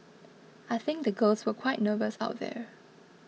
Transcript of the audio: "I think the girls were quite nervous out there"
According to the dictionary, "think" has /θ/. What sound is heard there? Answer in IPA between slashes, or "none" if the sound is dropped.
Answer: /θ/